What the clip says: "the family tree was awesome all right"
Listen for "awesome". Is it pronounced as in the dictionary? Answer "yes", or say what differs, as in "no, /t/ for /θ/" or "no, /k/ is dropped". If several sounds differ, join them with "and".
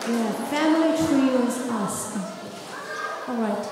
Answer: no, /m/ is dropped